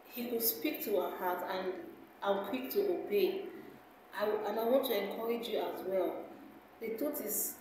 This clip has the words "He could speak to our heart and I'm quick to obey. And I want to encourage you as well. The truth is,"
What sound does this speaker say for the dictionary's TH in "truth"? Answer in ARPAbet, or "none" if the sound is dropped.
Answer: T